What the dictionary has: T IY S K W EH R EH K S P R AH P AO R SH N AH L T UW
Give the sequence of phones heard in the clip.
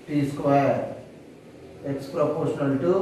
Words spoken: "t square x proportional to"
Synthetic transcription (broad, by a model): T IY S K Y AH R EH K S P R AH P AO R SH N AH L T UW